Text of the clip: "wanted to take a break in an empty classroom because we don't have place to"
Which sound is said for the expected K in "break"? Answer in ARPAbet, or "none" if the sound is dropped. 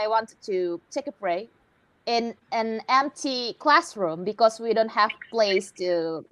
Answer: none